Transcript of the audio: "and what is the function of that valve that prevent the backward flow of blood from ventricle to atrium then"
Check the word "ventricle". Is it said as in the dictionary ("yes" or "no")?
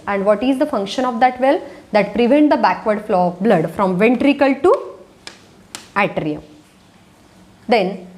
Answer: yes